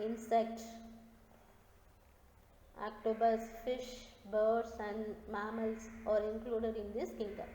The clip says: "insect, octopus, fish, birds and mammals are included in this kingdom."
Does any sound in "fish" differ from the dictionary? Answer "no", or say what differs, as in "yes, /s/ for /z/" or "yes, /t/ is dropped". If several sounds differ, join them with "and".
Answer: no